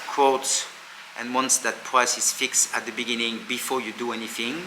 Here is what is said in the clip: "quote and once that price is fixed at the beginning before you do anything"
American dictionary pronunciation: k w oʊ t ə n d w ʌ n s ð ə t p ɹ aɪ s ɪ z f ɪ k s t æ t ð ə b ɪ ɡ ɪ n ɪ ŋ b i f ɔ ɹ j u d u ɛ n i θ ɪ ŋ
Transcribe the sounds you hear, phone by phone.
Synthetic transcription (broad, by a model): k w oʊ t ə n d w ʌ n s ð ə t p ɹ aɪ s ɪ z f ɪ k s t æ t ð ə b ɪ ɡ ɪ n ɪ ŋ b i f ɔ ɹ j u d u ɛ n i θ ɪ ŋ